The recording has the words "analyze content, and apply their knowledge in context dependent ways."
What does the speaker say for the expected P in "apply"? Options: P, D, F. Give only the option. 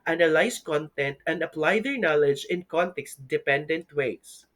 P